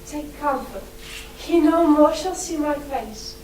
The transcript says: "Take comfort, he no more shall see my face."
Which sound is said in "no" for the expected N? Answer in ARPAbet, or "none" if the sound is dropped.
N